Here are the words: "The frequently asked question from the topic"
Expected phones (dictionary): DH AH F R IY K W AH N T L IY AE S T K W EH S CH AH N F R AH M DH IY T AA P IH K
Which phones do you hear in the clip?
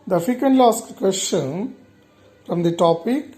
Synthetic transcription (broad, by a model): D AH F IY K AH N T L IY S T K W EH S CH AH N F R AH M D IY T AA P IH K